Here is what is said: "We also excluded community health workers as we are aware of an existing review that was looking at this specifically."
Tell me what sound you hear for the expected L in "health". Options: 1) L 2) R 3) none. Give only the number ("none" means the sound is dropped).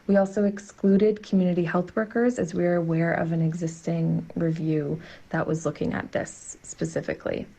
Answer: 1